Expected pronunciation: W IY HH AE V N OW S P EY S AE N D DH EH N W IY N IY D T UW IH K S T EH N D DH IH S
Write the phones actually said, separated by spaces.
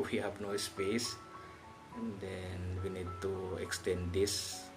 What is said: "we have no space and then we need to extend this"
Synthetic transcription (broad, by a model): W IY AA P N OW S P EY S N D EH N W IY N IY D T UW IH K S T EH N D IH S